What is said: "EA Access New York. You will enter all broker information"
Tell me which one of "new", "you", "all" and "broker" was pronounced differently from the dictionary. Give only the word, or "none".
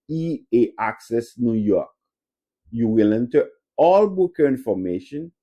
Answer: broker